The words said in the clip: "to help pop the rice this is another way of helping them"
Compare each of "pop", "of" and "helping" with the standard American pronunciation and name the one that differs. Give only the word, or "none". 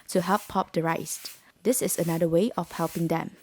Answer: of